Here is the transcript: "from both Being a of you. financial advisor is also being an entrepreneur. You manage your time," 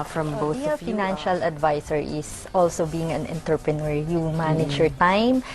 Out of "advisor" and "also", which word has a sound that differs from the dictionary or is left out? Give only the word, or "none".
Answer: advisor